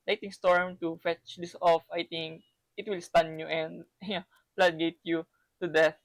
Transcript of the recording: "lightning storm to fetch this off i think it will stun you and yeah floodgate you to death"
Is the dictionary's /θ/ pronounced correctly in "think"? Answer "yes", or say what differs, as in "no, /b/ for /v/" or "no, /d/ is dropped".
no, /t/ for /θ/